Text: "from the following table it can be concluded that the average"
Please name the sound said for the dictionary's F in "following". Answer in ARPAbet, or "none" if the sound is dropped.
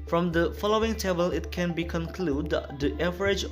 F